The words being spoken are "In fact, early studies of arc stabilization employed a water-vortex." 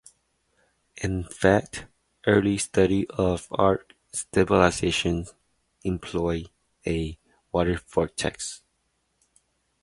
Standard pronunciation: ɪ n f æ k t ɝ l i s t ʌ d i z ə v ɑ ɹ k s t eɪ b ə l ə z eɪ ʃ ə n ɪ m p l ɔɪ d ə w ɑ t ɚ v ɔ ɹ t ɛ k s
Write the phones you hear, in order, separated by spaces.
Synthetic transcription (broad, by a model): ɪ n f æ k t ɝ l i s t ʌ d i ə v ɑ ɹ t s t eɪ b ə l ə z eɪ ʃ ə n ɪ m p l ɔɪ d ə w ɑ t ɚ f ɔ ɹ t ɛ k s